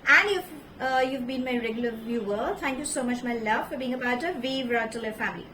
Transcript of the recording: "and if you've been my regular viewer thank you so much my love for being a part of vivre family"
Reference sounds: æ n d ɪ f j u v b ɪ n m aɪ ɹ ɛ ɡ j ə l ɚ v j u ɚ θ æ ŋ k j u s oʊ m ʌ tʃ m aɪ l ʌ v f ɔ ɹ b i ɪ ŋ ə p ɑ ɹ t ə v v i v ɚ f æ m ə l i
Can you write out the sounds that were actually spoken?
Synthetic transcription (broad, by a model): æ n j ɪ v j u v b ɪ n m aɪ ɹ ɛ ɡ j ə l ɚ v j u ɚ t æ ŋ k j u s oʊ m ʌ tʃ m aɪ l ʌ v f ɔ ɹ b i ɪ ŋ ə b ɑ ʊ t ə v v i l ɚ f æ m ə l i